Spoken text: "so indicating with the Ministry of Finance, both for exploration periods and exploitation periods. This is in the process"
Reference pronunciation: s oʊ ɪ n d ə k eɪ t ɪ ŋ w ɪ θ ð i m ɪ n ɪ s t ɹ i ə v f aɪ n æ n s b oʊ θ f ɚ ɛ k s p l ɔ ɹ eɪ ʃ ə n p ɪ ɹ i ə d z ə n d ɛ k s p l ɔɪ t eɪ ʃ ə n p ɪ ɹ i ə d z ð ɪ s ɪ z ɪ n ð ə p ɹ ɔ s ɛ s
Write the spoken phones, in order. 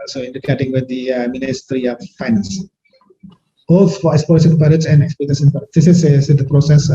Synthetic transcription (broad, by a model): s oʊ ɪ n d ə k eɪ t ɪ ŋ w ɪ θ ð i m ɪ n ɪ s t ɹ i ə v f aɪ n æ n s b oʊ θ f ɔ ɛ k s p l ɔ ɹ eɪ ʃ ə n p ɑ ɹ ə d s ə n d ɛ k s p ɔɪ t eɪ s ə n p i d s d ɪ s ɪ s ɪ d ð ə p ɹ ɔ s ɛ s